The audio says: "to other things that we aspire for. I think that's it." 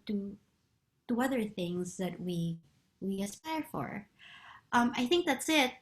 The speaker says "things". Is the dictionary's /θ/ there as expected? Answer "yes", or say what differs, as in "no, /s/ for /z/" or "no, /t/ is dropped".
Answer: yes